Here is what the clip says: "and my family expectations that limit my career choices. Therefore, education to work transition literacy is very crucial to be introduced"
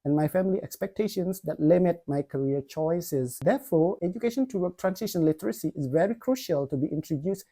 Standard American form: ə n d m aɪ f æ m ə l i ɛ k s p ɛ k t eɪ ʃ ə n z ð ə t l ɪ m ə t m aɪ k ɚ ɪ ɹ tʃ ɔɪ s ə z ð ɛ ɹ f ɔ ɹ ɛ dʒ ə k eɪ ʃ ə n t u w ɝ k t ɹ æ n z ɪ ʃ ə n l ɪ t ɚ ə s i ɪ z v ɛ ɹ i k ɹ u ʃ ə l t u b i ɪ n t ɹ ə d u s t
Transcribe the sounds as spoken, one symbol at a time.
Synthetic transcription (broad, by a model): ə n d m aɪ f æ m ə l i ɛ k s p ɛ k t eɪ ʃ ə n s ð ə t l ɪ m ə t m aɪ k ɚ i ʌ tʃ ɔɪ s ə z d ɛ f ɔ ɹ ɛ dʒ ə k eɪ ʃ ə n t u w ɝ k t ɹ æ n s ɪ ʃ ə n l ɪ t ɚ ə s i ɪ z v ɛ ɹ i k ɹ u ʃ ə l t u b i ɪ n t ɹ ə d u s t